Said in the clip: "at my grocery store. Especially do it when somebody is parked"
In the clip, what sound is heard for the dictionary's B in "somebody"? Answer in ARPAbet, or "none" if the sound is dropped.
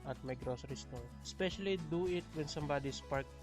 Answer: B